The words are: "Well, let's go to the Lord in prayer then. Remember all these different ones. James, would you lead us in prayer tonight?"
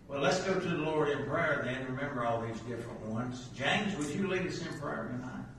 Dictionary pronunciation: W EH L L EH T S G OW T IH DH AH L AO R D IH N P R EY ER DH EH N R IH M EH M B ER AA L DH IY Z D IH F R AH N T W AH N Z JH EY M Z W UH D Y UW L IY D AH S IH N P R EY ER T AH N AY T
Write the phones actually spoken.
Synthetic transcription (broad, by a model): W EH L L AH T S G OW T IH DH AH L AO R D IH N P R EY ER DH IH N R IH M EH M B ER AA L DH IY Z D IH F R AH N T W AH N Z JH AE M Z W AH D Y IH L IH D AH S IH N P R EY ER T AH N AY